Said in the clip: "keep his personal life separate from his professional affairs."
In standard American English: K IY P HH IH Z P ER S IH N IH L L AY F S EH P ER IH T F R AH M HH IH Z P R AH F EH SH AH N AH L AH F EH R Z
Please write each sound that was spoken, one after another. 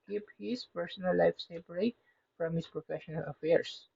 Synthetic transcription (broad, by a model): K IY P HH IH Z P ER S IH N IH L L AY F S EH B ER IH F R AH M HH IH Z P R AH F EH SH AH N AH L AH F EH R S